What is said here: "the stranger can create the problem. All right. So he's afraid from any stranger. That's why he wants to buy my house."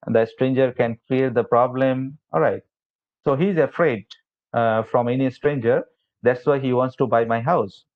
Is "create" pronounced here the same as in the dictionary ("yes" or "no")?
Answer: no